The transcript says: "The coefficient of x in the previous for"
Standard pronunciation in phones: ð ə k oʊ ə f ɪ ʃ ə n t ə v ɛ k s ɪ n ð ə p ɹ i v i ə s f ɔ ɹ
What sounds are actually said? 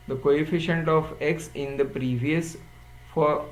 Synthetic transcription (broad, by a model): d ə k oʊ ə f ɪ ʃ ə n t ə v ɛ k s ɪ n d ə p ɹ i v i ə s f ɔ ɹ